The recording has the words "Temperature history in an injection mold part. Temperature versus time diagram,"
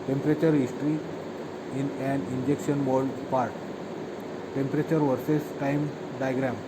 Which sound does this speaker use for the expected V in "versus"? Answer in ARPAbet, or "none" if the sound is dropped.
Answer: V